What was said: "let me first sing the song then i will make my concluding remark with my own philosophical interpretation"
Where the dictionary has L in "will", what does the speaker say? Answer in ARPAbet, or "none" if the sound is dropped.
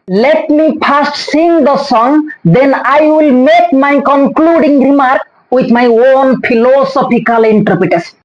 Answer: L